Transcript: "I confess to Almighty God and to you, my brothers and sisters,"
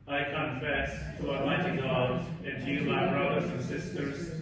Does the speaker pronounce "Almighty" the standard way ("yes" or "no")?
no